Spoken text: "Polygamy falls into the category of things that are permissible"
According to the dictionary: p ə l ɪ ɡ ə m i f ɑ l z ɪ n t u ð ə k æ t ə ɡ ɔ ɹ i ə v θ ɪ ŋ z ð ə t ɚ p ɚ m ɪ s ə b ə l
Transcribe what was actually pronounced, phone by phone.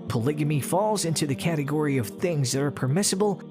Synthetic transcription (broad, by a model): p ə l ɪ ɡ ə m i f ɑ l z ɪ n t u ð ə k æ t ə ɡ ɔ ɹ i ə v θ ɪ ŋ z ð ə t ɚ p ɚ m ɪ s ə b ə l